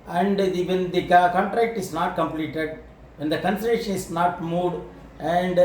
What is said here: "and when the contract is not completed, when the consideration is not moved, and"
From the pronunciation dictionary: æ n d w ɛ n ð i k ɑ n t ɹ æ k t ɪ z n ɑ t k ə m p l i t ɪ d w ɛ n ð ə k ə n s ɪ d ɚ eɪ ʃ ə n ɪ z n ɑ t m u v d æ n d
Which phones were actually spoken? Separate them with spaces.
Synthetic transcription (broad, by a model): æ n d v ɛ n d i k ɑ n t ɹ æ k t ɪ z n ɑ t k ə m p l i t ɪ d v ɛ n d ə k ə n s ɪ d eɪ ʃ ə n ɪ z n ɑ t m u d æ n d